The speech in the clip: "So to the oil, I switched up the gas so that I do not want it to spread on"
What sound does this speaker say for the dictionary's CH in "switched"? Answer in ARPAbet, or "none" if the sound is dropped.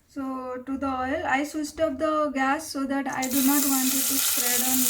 S